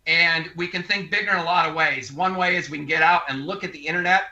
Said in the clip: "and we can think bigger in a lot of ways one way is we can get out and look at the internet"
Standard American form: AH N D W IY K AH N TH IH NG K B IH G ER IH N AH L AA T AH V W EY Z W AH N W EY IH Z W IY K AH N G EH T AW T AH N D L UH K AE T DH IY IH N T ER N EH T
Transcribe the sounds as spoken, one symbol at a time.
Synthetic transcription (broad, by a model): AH N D W IY K AH N TH IH NG K B IH G ER IH N AH L AA T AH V W EY Z W AH N W EY IH Z W IY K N G EH T AW T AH N L UH K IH T DH IY IH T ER N EH T